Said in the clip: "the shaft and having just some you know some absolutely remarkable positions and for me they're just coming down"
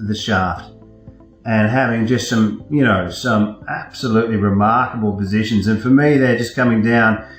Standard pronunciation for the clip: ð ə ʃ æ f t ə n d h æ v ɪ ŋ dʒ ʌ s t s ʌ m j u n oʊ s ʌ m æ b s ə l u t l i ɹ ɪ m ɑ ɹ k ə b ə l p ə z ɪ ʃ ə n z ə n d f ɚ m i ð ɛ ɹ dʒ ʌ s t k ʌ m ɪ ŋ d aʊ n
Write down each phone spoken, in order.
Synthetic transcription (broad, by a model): ð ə ʃ æ f t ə n h æ v ɪ ŋ dʒ ʌ s t s ʌ m j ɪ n oʊ s ʌ m æ b s ə l u t l i ɹ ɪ m ɑ ɹ k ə b l p ə z ɪ ʃ ə n z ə n f ɚ m i ð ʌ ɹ dʒ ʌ s k ʌ m ɪ ŋ d aʊ n